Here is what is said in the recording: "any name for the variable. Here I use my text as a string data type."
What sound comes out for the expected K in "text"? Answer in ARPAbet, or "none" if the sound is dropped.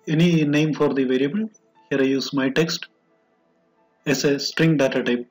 K